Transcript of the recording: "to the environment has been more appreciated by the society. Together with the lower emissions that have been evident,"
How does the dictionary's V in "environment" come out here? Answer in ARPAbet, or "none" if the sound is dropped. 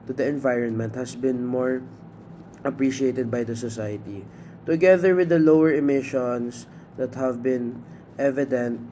V